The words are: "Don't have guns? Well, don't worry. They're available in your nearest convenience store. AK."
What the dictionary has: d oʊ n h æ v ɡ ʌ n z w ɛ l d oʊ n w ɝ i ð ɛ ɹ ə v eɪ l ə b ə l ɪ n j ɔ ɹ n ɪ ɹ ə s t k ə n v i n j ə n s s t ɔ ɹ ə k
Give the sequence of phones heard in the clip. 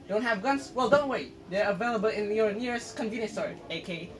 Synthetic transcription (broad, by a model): d oʊ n h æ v ɡ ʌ n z w ɛ l d oʊ n w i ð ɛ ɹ ə v eɪ l ə b ə l ɪ n j ɔ ɹ n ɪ ɹ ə s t k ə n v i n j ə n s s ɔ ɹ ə k